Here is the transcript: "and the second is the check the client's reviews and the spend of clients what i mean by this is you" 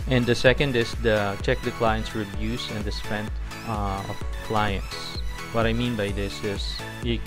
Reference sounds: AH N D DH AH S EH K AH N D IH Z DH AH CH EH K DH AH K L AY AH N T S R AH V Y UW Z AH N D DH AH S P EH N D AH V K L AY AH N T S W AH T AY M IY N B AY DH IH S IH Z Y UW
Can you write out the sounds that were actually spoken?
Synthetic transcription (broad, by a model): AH N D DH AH S EH K AH N D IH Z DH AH CH EH K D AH K L AY AH N T S R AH B Y UW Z AH N D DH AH S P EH N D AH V K L AY AH N T S W AH T AY M IY N B AY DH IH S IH S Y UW